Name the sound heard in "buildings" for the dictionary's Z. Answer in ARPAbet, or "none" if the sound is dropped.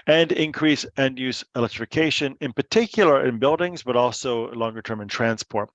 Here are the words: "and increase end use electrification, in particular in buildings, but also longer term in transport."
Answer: Z